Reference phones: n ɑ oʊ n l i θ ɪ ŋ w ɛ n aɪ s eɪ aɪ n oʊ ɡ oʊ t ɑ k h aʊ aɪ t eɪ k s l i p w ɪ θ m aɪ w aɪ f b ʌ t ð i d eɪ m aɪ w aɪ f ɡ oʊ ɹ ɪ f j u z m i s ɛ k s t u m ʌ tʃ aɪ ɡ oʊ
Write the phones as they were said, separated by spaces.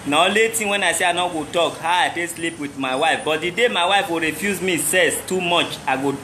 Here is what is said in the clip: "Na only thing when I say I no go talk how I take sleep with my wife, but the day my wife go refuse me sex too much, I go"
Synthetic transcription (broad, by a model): n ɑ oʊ l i t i w ɛ n aɪ s eɪ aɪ n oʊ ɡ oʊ t ɑ k h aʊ aɪ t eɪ s l i p w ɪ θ m aɪ w aɪ f b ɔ t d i d eɪ m aɪ w aɪ f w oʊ ɹ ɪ f j u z m i s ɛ s t u m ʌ tʃ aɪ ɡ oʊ